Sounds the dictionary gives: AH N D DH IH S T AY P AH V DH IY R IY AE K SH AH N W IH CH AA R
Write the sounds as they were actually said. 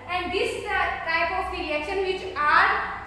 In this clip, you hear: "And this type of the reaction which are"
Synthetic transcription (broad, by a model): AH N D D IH S T AY P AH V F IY L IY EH SH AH N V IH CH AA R